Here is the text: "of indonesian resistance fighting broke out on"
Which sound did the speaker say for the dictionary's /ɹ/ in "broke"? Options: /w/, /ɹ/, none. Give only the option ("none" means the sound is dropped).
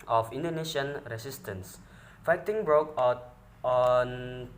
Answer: /ɹ/